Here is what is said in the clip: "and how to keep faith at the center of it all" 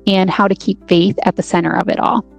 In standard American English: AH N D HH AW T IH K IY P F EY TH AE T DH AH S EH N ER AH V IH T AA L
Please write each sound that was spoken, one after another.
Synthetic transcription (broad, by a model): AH N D HH AW T IH K IY P F EY TH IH T DH AH S EH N ER AH V IH T AA L